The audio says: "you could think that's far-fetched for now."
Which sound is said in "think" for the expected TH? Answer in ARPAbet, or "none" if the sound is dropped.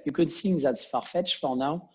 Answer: S